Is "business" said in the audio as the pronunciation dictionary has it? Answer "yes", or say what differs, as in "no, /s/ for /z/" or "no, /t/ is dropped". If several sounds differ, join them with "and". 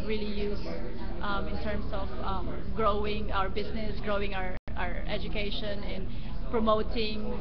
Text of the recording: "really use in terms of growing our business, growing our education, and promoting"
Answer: no, /s/ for /z/